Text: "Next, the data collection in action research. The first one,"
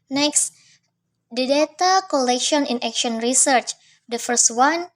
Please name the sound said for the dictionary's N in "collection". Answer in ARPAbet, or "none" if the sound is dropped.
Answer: N